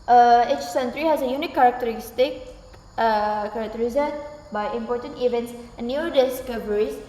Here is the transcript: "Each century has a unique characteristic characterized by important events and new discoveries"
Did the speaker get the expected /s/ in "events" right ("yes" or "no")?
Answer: yes